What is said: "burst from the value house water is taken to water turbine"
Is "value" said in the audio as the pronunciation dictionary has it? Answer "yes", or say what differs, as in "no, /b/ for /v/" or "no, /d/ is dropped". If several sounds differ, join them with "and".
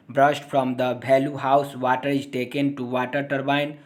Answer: no, /b/ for /v/